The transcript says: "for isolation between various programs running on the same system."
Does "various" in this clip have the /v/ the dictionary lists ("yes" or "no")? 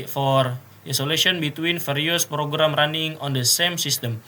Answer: no